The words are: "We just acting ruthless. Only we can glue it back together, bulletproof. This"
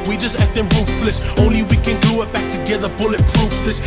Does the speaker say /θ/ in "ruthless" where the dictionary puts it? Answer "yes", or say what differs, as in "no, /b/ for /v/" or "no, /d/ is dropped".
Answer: no, /f/ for /θ/